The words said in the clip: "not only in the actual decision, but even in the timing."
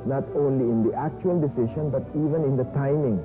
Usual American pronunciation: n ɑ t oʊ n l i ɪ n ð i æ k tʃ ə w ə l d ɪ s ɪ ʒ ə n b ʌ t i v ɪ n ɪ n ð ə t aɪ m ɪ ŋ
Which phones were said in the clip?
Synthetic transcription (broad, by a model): n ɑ t oʊ n l i ɪ n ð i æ k tʃ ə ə l d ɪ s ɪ ʃ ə n b ʌ t i v ɪ n ɪ n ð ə t aɪ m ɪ ŋ